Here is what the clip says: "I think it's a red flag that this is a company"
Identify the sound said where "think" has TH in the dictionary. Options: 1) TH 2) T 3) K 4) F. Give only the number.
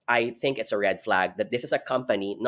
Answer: 1